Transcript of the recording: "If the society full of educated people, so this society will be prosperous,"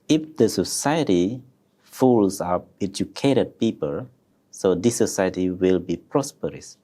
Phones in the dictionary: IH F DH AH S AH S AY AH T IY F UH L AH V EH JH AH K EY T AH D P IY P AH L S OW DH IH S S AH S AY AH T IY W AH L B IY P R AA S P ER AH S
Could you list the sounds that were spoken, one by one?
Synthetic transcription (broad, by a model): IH F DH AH S AH S AY AH T IY F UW L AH P EH JH AH K EY T AH D P IY P AH L S OW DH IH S S AH S AY AH T IY W AH L B IY P R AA S P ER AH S